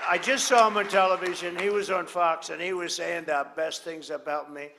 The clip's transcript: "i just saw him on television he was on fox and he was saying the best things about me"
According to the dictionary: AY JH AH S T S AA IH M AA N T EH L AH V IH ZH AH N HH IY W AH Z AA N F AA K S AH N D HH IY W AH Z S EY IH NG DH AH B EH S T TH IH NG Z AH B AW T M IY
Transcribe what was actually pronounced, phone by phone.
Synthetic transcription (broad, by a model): AY JH AH S T S AA IH M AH N T EH L AH V IH ZH AH N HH IY W AH Z N F AA K S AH N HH IY W AH Z S EY IH NG DH AH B EH S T TH IH NG Z AH B AW T M IY